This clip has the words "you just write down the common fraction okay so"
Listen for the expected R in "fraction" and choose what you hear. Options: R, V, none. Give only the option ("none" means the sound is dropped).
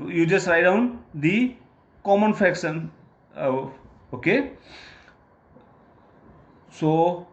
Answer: none